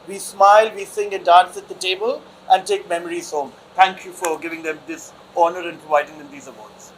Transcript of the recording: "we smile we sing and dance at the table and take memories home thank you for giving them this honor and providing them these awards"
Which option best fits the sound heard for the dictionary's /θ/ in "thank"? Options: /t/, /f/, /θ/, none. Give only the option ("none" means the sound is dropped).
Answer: /t/